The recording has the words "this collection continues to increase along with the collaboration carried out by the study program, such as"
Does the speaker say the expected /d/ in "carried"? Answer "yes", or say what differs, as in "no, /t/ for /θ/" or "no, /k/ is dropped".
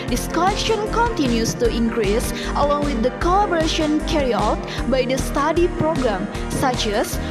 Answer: no, /d/ is dropped